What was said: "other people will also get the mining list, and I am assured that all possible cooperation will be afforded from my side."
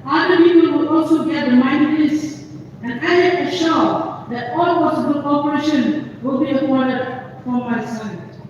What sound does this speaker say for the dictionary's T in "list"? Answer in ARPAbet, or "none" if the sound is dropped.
none